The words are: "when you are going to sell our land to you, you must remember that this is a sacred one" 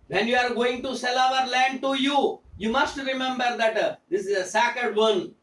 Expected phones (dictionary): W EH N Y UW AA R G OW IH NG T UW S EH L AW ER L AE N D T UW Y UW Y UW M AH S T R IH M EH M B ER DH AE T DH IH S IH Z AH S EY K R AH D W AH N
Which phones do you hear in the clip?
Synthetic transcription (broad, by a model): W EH N Y UW AA R G OW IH NG T UW S EH L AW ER L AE N D T UW Y UW Y UW M AH S T R IH M EH M B ER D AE T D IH S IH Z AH S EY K AH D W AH N